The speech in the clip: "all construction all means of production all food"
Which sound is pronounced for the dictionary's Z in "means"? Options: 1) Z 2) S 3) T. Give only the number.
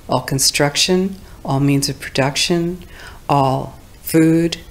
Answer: 1